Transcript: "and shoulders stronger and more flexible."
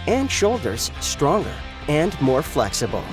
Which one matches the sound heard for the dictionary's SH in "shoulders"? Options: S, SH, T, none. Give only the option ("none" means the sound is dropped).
SH